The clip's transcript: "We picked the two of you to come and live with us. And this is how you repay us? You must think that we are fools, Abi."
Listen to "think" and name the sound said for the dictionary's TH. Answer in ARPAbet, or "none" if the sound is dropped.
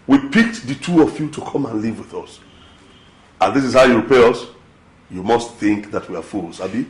TH